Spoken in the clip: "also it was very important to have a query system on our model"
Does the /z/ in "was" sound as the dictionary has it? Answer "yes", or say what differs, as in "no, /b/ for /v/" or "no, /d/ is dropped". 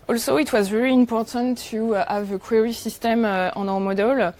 yes